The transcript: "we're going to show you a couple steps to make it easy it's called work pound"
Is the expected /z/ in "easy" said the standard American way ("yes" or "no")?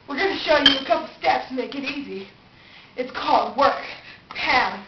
yes